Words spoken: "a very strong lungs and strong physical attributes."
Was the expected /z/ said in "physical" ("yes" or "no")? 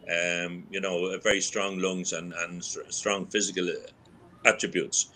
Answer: yes